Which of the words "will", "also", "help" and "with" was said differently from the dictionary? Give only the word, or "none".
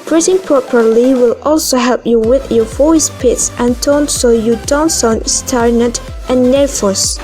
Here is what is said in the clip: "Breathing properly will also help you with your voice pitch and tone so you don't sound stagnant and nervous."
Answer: none